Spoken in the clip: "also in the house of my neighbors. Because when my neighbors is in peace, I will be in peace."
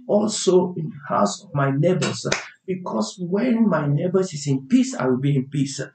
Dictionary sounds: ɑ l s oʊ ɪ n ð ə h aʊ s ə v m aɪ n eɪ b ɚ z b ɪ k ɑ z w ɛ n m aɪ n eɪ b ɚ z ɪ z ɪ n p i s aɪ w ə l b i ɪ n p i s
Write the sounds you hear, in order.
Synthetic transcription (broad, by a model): ɑ l s oʊ ɪ n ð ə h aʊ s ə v m aɪ n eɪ b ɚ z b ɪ k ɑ s w ɛ n m aɪ n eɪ b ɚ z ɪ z ɪ n p i s aɪ w ə l b i ɪ n p i s